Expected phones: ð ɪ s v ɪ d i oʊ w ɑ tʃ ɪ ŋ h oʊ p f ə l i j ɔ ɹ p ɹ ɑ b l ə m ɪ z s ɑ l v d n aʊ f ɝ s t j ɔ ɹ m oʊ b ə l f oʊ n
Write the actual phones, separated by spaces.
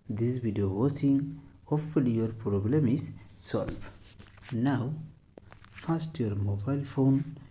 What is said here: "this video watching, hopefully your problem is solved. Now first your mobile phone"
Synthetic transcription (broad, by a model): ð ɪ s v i d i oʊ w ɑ s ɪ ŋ h oʊ p f ə l i j ɔ ɹ p ɹ ɑ b l ə m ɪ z s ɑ l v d n aʊ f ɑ s t j ɔ ɹ m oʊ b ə l f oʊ n